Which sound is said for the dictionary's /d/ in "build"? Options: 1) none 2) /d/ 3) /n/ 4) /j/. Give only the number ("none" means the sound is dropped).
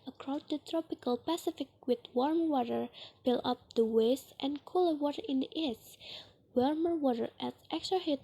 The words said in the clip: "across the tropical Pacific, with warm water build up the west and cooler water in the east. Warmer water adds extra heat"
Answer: 1